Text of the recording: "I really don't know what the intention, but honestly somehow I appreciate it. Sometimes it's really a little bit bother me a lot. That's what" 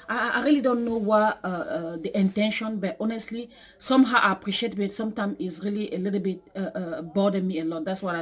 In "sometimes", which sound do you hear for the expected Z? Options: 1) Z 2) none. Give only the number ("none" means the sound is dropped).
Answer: 2